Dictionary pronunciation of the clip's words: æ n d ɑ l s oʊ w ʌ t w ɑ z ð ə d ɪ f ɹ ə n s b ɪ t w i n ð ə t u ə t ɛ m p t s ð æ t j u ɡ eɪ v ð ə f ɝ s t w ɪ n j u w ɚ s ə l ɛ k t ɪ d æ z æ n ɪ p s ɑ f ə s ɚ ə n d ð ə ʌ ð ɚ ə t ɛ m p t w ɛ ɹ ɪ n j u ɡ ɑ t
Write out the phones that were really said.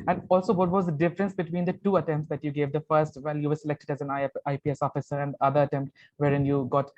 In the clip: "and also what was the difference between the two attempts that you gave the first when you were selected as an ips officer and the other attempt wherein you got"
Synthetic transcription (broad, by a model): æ n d ɑ l s oʊ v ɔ t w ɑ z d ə d ɪ f ɹ ə n s b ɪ t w i n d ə t u ə t ɛ m p t s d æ t j u ɡ eɪ v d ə f ɝ s t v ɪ l j u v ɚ s ə l ɛ k t ɪ d æ z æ n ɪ p s ɑ f ə s ɚ ə n d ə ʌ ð ɚ ə t ɛ m p t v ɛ ɹ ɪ n j u ɡ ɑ t